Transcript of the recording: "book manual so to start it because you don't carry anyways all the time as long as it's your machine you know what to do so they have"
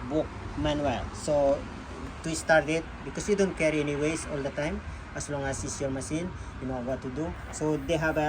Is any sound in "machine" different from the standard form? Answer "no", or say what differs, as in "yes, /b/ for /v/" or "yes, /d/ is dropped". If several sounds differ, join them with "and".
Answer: yes, /s/ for /ʃ/